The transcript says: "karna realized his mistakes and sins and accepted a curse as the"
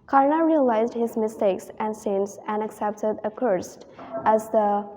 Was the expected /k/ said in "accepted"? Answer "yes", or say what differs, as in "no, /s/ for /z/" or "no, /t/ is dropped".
yes